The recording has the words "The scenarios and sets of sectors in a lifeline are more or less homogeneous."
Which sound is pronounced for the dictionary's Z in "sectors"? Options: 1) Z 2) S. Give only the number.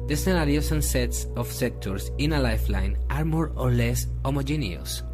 2